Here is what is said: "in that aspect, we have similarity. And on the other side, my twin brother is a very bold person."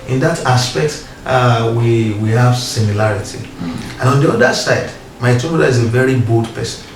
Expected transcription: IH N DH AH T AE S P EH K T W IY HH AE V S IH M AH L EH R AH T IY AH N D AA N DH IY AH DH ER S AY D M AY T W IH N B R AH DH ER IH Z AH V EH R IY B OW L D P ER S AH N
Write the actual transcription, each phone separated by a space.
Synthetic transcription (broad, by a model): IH N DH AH T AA S P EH K T W IY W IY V S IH M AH L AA R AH T IY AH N AA N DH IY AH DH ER S AY D M AY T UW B AH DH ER IH Z AH V EH R IY B OW L D P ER S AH N